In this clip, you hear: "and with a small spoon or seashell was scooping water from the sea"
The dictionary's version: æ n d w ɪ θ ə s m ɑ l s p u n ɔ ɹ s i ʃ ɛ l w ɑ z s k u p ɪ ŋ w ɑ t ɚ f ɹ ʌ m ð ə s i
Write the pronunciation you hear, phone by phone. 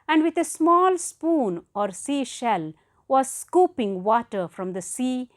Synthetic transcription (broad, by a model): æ n d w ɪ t ə s m ɑ l s p u n ɔ ɹ s i ʃ ɛ l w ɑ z s k u p ɪ ŋ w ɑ t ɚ f ɹ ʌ m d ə s i